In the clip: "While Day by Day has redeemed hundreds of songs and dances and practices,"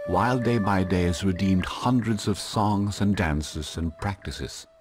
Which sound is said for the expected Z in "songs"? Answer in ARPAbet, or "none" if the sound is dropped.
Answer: Z